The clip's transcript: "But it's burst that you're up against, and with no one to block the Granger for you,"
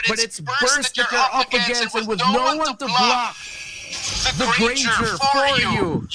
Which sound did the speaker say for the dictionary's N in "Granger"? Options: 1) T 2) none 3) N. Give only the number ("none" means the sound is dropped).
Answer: 2